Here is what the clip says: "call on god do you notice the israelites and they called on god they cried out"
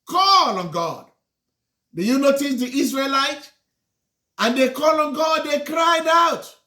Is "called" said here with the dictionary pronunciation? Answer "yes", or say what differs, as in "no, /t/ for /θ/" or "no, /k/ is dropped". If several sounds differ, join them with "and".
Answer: no, /d/ is dropped